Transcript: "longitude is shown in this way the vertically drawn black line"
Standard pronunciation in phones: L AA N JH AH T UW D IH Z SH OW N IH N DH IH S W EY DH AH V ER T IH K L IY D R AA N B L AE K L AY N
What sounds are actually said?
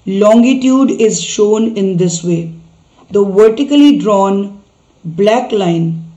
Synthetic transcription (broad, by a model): L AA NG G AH T UW D IH Z SH OW N IH N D IH S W EY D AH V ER T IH K L IY D R AA N B L AE K L AY N